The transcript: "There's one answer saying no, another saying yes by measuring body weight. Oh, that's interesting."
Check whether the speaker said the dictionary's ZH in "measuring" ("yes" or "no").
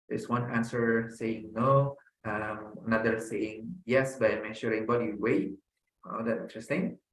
no